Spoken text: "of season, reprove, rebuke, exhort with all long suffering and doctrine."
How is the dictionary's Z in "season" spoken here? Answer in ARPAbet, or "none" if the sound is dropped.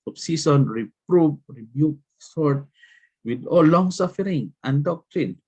S